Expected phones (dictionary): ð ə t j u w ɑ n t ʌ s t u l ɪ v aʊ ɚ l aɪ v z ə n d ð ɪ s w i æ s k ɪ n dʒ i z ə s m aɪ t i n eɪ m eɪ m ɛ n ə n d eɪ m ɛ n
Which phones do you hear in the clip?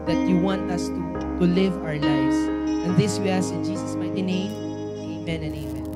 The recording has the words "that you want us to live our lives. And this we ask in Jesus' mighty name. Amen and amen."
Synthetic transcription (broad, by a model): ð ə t j u w ɑ n t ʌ s t u l ɪ v aʊ ɚ l aɪ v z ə n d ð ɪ s w i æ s ɪ n dʒ i s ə s m aɪ t i n eɪ m eɪ m ɛ n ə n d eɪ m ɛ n